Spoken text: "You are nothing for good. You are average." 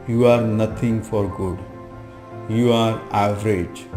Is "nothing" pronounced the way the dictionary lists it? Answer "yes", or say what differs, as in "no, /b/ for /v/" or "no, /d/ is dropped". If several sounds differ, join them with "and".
no, /t/ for /θ/